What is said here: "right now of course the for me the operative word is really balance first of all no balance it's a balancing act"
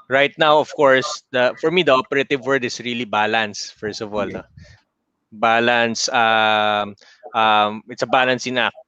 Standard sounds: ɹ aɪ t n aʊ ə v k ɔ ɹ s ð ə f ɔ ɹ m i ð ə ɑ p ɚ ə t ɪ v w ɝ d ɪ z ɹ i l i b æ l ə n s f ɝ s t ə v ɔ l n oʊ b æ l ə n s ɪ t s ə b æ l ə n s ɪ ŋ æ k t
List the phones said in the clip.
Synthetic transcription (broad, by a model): ɹ aɪ t n aʊ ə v k ɔ ɹ s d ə f ɔ ɹ m i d ə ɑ p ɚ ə t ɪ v w ɝ d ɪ s ɹ i l i b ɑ l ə n s f ɝ s t ə v ɔ l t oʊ b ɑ l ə n s ɪ t s ə b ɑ l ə n s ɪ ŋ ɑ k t